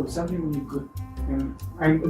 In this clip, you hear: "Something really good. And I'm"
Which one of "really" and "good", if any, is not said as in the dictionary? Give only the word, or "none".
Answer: really